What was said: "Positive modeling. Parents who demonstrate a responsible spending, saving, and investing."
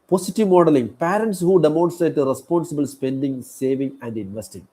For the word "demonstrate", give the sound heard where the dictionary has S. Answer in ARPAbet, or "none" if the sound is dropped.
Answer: none